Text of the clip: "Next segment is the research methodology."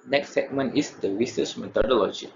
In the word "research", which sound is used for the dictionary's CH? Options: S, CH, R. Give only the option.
S